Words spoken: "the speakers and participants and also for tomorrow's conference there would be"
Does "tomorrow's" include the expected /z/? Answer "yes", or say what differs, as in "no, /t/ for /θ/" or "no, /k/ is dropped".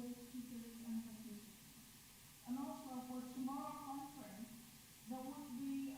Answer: no, /z/ is dropped